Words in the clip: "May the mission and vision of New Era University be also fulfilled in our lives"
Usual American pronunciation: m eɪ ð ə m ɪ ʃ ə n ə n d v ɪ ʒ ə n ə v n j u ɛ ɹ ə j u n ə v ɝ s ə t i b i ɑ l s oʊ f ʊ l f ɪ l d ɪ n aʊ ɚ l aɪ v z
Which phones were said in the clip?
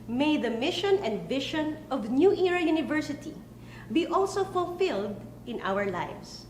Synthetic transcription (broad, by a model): m eɪ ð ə m ɪ ʃ ə n ə n d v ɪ ʃ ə n ə v n j u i ɹ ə j u n ə v ɝ s ə t i b i ɑ l s oʊ f ʊ l f ɪ l d ɪ n aʊ ɚ l aɪ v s